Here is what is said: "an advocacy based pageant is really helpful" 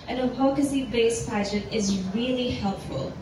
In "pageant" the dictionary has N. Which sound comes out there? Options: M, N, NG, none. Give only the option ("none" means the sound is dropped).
none